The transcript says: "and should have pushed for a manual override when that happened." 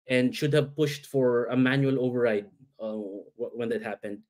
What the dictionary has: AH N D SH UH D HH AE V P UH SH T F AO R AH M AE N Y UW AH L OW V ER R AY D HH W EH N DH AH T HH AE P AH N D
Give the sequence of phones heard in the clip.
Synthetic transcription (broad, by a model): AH N D SH UH D HH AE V P UH SH T F AO R AH M AE N Y UW AH L OW V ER R AY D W W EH N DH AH T HH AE P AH N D